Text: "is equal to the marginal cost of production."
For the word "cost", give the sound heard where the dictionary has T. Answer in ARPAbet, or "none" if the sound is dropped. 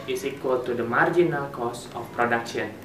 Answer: none